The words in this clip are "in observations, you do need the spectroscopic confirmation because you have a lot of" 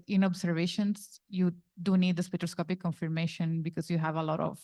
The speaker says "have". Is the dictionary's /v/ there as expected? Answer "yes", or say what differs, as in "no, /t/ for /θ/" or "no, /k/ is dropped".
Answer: yes